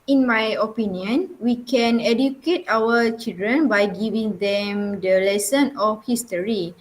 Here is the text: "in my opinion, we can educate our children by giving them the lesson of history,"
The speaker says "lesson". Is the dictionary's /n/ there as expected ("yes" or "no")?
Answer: yes